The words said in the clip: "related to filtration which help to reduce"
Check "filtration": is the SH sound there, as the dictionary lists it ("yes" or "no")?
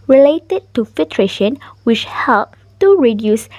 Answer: yes